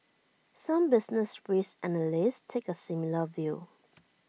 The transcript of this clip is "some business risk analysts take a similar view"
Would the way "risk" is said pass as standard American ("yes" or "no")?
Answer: no